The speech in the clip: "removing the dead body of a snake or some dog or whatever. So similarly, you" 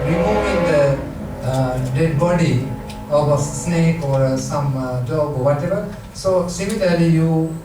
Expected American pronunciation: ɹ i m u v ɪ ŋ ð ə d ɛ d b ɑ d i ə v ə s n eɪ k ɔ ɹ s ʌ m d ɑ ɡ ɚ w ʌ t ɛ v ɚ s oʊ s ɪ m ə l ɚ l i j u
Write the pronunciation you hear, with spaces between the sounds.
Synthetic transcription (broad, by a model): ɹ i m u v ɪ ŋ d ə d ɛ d b ɑ d i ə b ə s n eɪ k ɔ ɹ s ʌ m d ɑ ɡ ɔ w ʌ t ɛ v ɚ s oʊ s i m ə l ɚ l i j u